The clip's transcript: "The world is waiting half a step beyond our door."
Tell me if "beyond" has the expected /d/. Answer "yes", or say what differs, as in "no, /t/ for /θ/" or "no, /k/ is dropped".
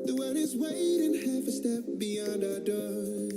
yes